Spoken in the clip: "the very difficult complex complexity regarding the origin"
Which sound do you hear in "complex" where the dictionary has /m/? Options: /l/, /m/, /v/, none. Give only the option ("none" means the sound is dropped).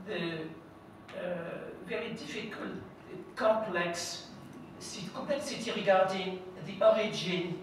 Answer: none